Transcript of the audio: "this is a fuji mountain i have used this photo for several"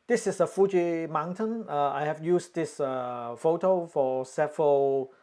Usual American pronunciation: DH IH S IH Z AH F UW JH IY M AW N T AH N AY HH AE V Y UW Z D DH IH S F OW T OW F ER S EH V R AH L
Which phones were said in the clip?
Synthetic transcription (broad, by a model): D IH S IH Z AH F UW JH IY M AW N T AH N AY HH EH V Y UW S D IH S F OW T OW F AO S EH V R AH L